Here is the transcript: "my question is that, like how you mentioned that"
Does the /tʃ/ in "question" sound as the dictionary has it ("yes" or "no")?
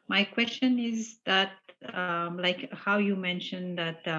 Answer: yes